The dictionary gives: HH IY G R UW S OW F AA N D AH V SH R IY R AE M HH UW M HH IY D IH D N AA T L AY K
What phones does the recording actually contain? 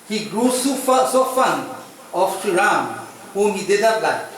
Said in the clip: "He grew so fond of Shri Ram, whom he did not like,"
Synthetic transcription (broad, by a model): HH IY G R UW S OW F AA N AH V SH IY R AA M HH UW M HH IY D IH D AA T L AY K